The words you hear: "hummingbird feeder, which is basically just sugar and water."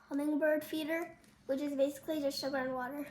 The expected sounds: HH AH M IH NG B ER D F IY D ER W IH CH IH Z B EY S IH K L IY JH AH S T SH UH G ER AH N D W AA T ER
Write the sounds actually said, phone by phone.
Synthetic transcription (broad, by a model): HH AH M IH NG B ER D F IY D ER W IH CH IH Z B EY S IH K L IY JH AH S T SH UH G ER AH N W AA T ER